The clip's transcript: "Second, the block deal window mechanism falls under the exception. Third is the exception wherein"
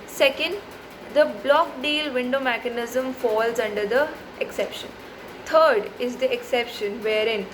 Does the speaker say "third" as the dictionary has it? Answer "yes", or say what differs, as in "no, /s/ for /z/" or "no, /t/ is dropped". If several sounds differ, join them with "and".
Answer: no, /t/ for /θ/